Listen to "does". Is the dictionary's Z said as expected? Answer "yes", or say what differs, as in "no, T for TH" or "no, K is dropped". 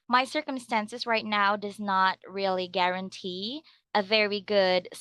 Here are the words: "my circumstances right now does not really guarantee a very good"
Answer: yes